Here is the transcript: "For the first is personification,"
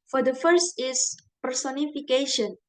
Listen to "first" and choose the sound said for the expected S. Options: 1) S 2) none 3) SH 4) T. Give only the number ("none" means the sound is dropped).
1